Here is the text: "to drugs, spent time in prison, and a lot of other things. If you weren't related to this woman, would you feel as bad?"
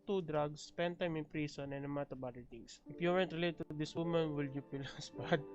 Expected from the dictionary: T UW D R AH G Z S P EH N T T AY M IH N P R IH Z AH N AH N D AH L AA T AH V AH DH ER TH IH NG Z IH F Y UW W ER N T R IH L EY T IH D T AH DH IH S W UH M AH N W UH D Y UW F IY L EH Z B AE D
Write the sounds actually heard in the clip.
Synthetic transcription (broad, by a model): T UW D R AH G S P EH N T T AY M IH N P R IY S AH N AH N AH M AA T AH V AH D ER T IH NG S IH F Y UW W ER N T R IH L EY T T AH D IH S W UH M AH N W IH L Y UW P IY L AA S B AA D